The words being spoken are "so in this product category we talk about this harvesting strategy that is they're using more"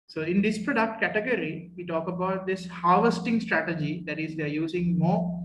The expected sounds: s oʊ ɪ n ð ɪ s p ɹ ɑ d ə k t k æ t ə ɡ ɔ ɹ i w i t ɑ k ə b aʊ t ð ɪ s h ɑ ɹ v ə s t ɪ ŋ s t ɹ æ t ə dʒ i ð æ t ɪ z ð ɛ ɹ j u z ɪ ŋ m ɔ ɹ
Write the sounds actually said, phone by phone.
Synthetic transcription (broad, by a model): s oʊ ɪ n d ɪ s p ɹ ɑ d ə k t k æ t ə ɡ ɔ ɹ i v i t ɑ k ə b aʊ t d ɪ s h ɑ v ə s t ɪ ŋ s t ɹ æ t ə dʒ i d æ t ɪ z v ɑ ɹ j u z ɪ ŋ m ɔ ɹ